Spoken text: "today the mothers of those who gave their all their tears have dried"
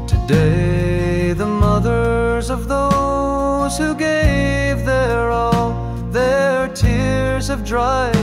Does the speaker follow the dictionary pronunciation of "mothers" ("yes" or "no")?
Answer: yes